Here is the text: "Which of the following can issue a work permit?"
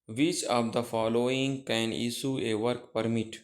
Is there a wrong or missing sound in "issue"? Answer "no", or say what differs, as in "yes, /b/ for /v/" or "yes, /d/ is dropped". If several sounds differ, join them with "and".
yes, /s/ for /ʃ/